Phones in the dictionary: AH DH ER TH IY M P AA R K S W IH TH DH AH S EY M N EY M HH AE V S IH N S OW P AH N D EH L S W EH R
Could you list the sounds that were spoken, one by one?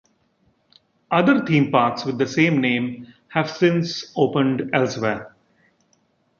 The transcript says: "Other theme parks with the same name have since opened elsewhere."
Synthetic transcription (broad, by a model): AH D ER T IY M P AA R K S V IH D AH S EY M N EY M HH AE V S IH N S OW P AH N D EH L S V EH R